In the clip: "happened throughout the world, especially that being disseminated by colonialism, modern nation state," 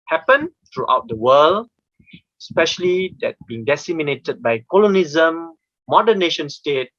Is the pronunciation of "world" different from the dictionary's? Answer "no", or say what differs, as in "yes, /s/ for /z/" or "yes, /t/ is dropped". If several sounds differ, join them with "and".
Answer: yes, /d/ is dropped